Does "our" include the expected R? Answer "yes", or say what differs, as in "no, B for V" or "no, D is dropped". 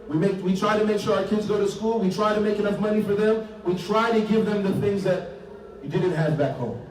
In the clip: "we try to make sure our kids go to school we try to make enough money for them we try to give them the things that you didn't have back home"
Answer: yes